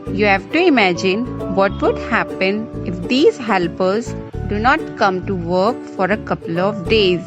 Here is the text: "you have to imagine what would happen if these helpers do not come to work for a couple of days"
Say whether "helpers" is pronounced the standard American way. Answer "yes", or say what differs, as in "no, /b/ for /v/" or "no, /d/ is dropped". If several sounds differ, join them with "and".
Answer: yes